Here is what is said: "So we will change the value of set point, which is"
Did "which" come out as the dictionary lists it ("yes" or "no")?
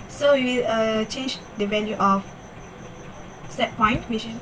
no